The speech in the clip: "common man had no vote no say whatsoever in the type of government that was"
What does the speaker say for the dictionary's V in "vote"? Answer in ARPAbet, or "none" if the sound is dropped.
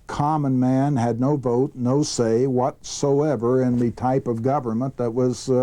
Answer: V